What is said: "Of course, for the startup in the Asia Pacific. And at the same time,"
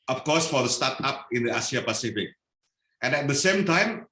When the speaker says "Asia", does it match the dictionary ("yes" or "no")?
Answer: no